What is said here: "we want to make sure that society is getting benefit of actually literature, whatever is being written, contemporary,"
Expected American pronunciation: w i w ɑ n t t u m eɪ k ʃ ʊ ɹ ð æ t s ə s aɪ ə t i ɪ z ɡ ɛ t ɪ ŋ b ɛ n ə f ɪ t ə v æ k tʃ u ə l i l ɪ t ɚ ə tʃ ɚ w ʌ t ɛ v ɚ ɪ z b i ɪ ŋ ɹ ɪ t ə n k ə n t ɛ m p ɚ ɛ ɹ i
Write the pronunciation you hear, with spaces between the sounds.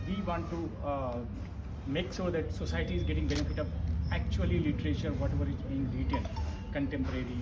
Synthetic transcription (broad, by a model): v i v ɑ n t t u m eɪ k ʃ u ɹ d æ t s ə s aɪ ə t i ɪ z ɡ ɛ t ɪ ŋ b ɛ n ə f ɪ t ə v æ k tʃ u ə l i l ɪ t ɚ ə tʃ ɚ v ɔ t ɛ v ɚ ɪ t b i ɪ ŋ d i t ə l k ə n t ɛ m p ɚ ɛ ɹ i